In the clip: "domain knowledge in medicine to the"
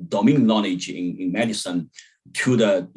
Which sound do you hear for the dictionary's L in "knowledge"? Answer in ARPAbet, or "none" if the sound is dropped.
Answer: N